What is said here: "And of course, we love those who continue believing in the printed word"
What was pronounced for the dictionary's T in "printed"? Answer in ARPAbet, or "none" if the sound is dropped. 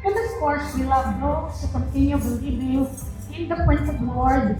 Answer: S